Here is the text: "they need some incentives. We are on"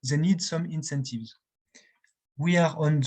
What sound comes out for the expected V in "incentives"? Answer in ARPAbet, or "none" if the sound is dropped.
V